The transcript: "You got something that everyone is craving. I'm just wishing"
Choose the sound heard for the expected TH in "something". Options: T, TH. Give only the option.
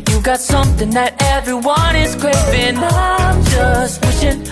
TH